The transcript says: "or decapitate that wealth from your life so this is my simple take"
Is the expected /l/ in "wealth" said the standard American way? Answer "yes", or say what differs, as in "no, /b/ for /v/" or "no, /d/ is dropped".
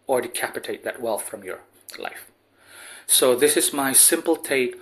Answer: yes